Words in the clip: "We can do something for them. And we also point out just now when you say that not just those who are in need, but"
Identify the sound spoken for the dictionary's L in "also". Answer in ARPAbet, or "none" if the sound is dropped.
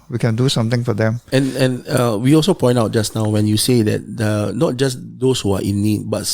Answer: L